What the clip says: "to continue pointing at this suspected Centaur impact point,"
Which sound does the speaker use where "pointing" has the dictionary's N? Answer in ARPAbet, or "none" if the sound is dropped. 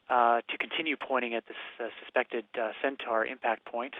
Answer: none